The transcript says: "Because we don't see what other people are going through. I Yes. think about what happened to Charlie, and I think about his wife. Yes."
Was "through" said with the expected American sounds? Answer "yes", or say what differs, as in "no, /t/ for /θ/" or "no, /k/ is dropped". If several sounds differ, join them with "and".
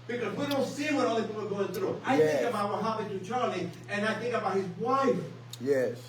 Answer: yes